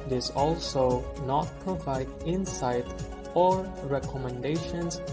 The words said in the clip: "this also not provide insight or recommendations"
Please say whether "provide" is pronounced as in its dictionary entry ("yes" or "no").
yes